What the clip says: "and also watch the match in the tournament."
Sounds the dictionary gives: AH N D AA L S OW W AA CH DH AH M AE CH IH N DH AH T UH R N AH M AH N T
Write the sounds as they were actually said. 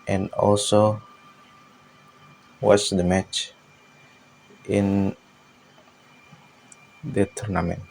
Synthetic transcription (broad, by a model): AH N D AA L S OW W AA S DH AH M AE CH IH N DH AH T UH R N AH M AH N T